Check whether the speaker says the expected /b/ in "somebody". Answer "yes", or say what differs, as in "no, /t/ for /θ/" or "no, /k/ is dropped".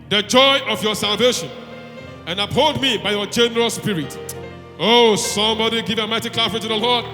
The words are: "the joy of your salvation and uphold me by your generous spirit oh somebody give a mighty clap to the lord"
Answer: yes